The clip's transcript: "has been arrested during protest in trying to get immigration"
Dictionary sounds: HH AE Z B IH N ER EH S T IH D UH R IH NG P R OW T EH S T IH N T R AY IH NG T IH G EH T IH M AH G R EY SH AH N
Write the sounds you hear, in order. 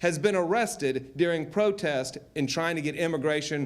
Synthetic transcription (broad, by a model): HH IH Z B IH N ER EH S T IH D UH R IH NG P R OW T EH S T IH N T R AY IH NG T IH G EH T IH M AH G R EY SH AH N